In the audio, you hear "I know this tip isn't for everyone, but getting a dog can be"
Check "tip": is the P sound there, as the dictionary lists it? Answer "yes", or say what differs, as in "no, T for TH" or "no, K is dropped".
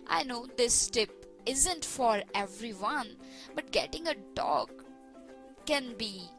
yes